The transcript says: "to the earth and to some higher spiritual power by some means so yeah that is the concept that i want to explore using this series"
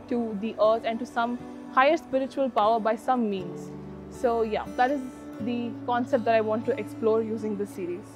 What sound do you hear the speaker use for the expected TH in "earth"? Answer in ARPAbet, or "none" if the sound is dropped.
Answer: T